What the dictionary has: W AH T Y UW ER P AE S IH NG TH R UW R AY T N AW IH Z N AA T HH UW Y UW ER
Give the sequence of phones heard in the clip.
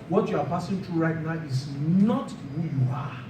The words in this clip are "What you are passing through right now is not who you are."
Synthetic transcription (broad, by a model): W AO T Y UW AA P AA S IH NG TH R UW R AY T N AW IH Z N AA T HH UW Y UW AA